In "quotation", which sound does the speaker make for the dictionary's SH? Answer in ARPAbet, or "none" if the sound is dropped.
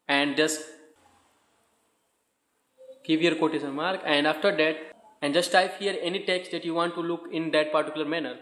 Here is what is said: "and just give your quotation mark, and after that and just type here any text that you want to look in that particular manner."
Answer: S